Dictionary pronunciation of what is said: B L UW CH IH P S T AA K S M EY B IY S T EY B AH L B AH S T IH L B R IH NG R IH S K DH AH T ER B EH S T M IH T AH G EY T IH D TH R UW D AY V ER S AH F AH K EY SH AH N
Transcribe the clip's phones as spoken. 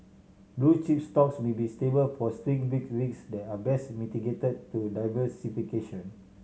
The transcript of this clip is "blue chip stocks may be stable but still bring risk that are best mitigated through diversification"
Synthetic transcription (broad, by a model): B L UW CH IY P S T AA K S M EY B IY S T EY B AH L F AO S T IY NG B IY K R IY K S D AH T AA B EH S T M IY T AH G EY T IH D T UW D AY V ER S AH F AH K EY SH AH N